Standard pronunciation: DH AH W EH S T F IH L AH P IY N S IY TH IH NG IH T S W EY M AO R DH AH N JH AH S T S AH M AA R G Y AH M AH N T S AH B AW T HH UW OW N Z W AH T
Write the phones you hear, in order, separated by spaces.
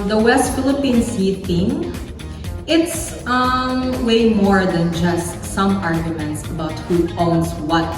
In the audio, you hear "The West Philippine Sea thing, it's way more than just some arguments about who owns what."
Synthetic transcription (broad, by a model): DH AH W EH S T F IH L AH P IY N S IY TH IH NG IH T S W EY M AO R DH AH N JH AH S T S AH M AA R G Y AH M AH N T S AH B AW T HH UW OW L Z W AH T